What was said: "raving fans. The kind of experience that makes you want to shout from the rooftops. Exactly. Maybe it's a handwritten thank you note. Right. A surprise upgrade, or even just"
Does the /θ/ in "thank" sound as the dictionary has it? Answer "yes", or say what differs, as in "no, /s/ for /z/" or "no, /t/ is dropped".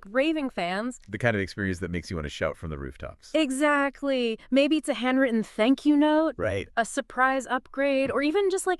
yes